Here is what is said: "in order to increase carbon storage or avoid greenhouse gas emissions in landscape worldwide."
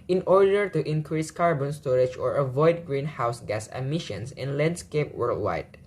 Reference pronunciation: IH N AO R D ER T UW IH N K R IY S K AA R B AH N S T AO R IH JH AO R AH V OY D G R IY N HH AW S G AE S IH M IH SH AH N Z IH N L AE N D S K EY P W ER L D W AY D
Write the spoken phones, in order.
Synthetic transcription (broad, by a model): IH N AO R D ER T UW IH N K R IY S K AA R B AH N S T AO R IH JH AO R AH V OY D G R IY N HH AW S G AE S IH M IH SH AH N S IH N L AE N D S K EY P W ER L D W AY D